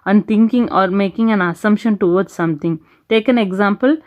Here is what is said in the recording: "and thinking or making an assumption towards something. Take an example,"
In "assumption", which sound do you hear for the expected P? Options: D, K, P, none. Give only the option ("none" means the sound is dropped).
P